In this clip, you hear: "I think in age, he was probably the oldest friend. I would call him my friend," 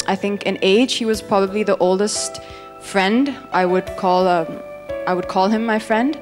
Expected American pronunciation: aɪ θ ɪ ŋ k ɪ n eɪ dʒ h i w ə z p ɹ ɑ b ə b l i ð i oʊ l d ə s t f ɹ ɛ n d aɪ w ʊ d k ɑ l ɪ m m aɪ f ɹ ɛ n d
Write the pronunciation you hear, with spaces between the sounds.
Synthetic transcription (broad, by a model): aɪ θ ɪ ŋ k ɪ n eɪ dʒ h i w ə z p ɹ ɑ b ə b l i ð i oʊ l d ə s t f ɹ ɛ n d aɪ w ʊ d k ɑ l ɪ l m aɪ f ɹ ɛ n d